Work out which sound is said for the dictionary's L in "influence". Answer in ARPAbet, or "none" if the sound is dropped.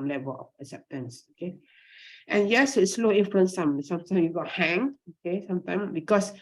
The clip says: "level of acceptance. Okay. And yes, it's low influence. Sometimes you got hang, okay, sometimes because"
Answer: none